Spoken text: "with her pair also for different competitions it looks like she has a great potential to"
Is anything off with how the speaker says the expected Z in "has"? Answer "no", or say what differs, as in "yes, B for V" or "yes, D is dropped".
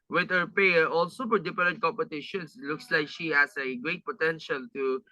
yes, S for Z